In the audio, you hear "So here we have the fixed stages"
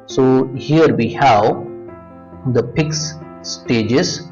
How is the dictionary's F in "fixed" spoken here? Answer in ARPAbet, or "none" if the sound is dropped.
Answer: P